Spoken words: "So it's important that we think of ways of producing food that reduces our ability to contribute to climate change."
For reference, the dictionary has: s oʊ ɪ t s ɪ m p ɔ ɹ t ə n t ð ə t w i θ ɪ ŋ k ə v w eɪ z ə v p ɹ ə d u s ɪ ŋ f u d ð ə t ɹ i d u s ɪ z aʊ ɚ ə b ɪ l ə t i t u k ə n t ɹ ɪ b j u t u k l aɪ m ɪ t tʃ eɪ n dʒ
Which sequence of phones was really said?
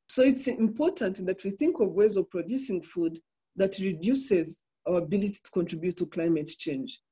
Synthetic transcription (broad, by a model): s oʊ ɪ t s ɪ m p ɔ ɹ t ə n t ð ə t w i θ ɪ ŋ k ə v w eɪ z ə v p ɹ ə d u s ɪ ŋ f u d ð ə t ɹ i d u s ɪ z aʊ ɚ ə b ɪ l ə t i t u k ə n t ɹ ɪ b j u t u k l aɪ m ɪ t tʃ eɪ n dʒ